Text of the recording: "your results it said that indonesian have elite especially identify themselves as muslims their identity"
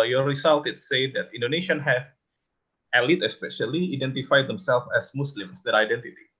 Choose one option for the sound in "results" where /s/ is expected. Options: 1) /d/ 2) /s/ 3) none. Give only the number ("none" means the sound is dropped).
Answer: 3